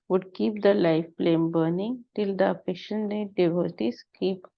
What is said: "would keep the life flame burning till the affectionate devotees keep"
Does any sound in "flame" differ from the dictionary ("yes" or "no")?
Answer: yes